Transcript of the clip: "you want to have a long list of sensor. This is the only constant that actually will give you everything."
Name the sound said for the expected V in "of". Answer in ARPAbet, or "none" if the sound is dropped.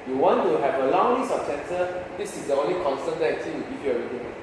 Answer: P